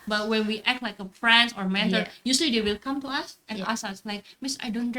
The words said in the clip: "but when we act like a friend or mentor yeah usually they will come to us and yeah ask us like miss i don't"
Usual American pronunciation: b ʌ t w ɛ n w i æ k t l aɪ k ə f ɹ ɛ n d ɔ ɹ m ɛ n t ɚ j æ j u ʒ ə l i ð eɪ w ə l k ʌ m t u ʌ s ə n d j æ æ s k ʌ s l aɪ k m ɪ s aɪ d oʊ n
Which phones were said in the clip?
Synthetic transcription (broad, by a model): b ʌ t w ɛ n w i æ k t l aɪ k ə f ɹ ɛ n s ɔ ɹ m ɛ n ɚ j j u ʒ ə l i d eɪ w ə l k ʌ m t u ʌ s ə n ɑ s ʌ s l aɪ k m ɪ s aɪ d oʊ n